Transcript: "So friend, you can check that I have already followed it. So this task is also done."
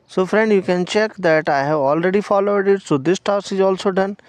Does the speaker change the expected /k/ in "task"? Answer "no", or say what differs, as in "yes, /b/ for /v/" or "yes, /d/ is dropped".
yes, /k/ is dropped